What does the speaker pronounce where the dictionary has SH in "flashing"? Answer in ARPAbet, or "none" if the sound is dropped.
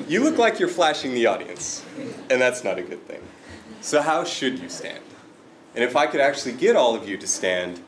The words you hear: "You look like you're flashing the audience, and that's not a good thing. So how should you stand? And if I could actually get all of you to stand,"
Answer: SH